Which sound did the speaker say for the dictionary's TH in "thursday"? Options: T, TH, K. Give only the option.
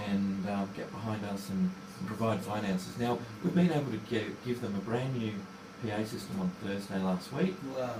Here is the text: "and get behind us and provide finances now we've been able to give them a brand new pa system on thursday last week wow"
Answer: TH